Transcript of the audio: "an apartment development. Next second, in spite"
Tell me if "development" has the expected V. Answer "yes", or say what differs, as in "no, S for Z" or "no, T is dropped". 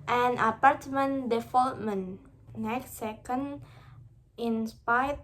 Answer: no, F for V